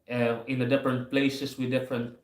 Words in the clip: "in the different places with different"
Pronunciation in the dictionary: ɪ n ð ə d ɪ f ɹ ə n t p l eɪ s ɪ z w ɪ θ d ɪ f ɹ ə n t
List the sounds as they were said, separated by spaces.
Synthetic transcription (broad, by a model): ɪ n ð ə d ɪ f ɹ ə n t p l eɪ s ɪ s w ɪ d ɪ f ɹ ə n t